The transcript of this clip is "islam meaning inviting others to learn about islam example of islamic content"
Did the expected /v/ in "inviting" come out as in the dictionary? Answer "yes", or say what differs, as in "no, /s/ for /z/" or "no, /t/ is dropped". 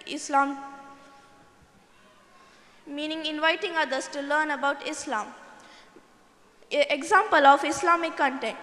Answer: yes